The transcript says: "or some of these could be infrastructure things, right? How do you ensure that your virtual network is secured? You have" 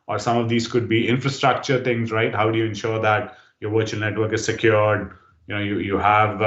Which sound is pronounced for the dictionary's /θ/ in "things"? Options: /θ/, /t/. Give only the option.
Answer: /t/